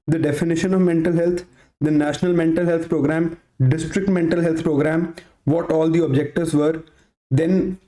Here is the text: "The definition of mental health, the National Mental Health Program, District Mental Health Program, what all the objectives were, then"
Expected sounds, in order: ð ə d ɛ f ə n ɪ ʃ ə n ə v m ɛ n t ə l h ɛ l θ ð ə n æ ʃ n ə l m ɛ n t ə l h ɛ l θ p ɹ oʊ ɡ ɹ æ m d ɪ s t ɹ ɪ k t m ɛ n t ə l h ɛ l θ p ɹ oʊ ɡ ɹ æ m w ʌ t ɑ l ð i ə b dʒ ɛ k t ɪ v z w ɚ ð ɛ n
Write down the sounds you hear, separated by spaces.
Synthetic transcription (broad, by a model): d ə d ɛ f ə n ɪ ʃ ə n ə v m ɛ n t ə l h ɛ l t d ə n æ ʃ n ə l m ɛ n t ə l h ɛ l t p ɹ oʊ ɡ ɹ æ m d ɪ s t ɹ ɪ k t m ɛ n t ə l h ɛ l t p ɹ oʊ ɡ ɹ æ m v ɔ t ɑ l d i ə b dʒ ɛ k t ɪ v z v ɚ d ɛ n